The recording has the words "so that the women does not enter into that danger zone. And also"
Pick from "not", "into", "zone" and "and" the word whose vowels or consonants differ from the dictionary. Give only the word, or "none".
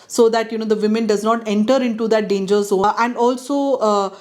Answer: zone